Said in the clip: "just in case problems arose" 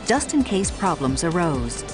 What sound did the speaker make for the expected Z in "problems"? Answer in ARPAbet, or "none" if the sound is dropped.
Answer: Z